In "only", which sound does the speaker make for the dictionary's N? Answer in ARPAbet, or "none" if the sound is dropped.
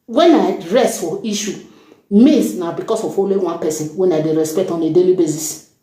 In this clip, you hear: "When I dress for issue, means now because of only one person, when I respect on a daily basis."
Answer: none